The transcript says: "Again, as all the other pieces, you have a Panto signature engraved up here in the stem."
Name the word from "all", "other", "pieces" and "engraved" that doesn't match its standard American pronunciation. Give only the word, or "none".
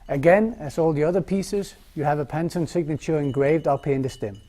none